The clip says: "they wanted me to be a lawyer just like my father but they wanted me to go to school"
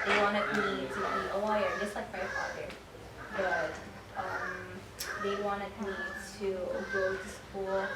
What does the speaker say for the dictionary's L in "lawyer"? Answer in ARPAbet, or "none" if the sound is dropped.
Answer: W